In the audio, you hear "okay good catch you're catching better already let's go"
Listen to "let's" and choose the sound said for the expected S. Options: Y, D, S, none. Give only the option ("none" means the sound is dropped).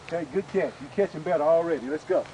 S